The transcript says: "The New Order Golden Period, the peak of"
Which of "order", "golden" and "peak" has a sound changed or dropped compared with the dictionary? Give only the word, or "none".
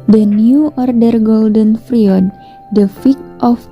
peak